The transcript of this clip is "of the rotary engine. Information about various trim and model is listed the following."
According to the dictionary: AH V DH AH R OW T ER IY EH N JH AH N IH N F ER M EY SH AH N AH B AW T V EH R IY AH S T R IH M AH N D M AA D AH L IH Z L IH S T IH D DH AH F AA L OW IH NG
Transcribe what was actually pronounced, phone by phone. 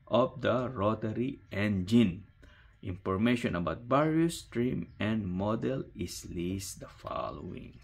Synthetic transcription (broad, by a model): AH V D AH R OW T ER IY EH N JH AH N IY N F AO M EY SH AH N AH B AW T B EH R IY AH S T R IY M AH N M AA D AH L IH S L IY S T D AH F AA L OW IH NG